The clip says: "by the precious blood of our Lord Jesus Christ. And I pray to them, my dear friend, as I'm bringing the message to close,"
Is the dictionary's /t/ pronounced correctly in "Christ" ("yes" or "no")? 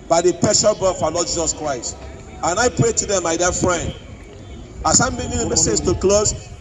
yes